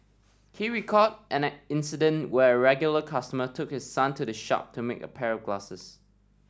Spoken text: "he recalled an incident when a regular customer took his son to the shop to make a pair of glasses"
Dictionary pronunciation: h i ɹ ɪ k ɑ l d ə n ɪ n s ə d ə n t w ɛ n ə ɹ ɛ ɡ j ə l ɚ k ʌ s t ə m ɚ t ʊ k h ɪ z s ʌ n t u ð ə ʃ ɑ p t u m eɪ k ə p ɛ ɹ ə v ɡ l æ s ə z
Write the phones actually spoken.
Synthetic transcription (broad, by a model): h i ɹ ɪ k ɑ d ə n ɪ n s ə d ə n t w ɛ ə ɹ ɛ ɡ j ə l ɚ k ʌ s t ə m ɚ t ʊ k h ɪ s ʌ n t u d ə ʃ ɑ p t u m eɪ k ə p ɛ ɹ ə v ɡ l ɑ s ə s